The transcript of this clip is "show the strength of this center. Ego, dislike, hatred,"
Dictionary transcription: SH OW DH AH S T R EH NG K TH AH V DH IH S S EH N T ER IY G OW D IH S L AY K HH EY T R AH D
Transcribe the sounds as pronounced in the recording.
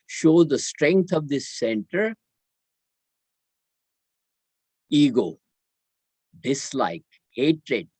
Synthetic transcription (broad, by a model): SH OW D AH S T R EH NG K T AH V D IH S S EH N T ER IY G OW D IH S L AY K HH EY T R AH D